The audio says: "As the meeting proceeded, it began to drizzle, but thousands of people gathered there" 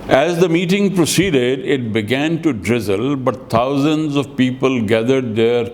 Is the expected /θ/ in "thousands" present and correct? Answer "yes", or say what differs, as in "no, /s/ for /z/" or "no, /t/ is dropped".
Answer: no, /t/ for /θ/